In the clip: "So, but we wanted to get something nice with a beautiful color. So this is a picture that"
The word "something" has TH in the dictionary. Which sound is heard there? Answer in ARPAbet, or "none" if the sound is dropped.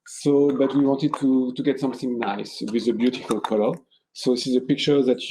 TH